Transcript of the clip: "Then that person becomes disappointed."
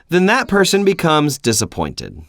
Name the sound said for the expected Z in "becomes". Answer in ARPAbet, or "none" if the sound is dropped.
Z